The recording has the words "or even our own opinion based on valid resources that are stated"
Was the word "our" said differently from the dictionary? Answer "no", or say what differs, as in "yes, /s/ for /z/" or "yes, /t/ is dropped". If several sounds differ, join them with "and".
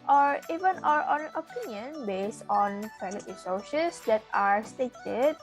no